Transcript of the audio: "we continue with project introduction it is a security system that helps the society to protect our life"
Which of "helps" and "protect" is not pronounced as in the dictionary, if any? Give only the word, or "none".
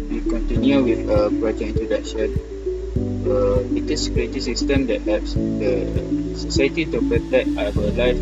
helps